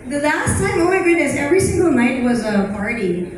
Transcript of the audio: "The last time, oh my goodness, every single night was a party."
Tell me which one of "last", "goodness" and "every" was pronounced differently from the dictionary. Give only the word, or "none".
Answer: goodness